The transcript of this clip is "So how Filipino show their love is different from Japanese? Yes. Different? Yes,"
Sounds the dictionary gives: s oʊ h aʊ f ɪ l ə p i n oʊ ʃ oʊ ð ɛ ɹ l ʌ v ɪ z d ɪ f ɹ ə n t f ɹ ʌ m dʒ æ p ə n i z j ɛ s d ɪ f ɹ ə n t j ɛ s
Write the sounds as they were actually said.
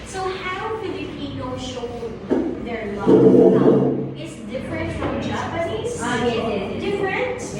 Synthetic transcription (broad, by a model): s oʊ h aʊ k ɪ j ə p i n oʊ ʃ oʊ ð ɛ ɹ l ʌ ɪ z d ɪ f ɹ ə n t f ɹ ʌ m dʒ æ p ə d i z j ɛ d ɪ f ɹ ə n t